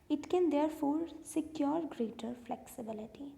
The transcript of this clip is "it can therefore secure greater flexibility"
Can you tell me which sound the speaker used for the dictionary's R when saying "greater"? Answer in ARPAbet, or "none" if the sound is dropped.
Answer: R